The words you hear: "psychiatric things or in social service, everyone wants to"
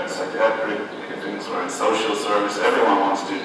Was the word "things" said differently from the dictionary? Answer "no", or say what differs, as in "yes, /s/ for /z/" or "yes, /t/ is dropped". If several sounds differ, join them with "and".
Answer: yes, /t/ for /θ/